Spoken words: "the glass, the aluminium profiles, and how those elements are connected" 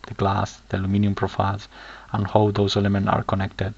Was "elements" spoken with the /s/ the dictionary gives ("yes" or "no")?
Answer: no